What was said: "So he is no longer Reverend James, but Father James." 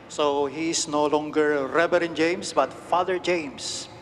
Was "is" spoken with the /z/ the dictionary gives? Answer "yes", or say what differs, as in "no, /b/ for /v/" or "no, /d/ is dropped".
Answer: no, /s/ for /z/